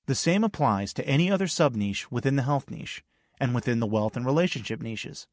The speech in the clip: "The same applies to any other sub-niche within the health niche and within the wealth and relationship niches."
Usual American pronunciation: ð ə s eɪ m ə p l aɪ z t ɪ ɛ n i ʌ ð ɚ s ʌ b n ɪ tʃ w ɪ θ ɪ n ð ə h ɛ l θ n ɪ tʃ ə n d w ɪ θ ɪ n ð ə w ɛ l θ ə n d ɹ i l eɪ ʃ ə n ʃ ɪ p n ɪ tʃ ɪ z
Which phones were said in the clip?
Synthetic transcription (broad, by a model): ð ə s eɪ m ə p l aɪ z t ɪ ɛ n i ʌ ð ɚ s ʌ b n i ʃ w ɪ θ ɪ n ð ə h ɛ l θ n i ʃ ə n w ɪ θ ɪ n ð ə w ɛ l θ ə n ɹ i l eɪ ʃ ə n ʃ ɪ p n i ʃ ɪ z